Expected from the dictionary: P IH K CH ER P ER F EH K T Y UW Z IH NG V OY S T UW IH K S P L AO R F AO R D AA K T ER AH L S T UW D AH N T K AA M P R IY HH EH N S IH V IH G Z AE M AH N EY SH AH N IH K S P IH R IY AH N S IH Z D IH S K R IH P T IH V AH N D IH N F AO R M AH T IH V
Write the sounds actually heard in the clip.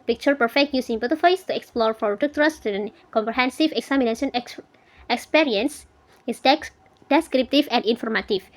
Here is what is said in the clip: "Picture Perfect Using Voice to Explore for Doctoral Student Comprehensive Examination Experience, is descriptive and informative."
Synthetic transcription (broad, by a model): P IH K CH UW P ER F EH K T Y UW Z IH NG F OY S T UW IH K S P L AO R F AO R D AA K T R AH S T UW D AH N K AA M P R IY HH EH N S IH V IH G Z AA M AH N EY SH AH N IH K S P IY R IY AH N S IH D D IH S K R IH P T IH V AH N D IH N F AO R M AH T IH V